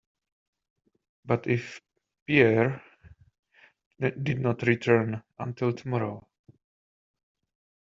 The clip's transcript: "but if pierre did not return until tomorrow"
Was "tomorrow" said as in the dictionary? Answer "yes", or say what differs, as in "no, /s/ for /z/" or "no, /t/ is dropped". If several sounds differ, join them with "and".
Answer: yes